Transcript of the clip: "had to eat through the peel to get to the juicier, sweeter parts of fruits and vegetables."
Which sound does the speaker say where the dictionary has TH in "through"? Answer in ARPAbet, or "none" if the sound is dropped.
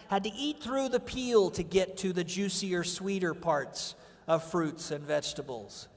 TH